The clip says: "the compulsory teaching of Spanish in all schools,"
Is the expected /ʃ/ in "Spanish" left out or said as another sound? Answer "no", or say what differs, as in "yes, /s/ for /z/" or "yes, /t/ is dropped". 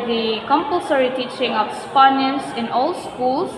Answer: yes, /s/ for /ʃ/